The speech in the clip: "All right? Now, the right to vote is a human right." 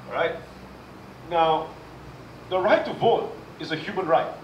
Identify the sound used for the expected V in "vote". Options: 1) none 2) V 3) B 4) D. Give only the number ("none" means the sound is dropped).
2